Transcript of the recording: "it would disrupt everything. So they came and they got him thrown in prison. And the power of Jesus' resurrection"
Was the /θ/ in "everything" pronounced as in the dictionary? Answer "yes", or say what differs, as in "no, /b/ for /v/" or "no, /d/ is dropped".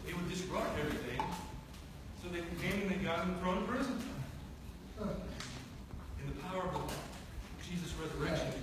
yes